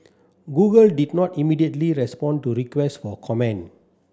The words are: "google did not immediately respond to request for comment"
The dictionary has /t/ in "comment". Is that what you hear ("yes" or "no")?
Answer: no